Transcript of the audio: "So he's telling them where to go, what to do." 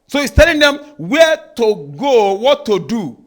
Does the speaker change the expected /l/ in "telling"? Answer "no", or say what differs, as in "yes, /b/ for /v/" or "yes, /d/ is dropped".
no